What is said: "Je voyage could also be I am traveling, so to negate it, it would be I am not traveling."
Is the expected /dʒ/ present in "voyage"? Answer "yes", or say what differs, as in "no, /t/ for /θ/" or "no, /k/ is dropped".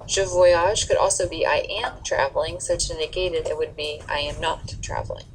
no, /ʒ/ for /dʒ/